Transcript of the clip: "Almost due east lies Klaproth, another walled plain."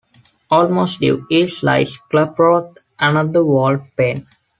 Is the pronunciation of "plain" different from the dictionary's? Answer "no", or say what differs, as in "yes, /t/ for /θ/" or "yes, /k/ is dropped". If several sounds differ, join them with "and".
yes, /l/ is dropped